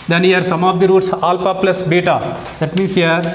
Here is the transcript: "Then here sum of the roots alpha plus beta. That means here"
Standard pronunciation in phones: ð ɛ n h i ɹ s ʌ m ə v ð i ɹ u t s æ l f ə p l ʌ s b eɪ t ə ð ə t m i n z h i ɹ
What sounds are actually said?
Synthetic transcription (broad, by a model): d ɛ n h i ɹ s ʌ m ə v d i ɹ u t s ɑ l p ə p l ʌ s b eɪ t ə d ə t m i n s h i ɹ